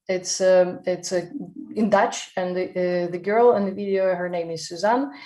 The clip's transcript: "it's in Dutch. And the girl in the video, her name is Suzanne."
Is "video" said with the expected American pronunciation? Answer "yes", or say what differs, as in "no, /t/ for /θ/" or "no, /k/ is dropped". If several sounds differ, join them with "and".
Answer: yes